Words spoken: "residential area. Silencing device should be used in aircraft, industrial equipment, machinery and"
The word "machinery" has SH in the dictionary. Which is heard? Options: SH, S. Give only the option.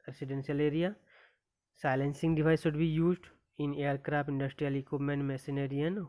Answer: S